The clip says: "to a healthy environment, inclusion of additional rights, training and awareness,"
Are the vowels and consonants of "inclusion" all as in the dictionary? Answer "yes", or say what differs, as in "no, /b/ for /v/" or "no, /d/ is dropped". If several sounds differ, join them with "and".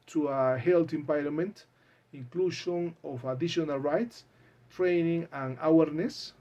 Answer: no, /ʃ/ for /ʒ/